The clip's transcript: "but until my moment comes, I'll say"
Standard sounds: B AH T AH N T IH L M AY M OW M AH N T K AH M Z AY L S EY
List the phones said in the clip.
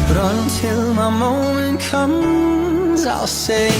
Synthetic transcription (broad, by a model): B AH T AH N T IH L M AY M OW M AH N K AH M Z AY L S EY